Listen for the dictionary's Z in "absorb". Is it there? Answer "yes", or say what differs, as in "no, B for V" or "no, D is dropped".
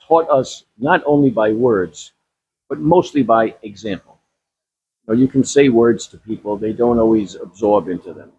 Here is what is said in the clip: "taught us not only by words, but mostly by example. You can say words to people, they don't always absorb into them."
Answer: yes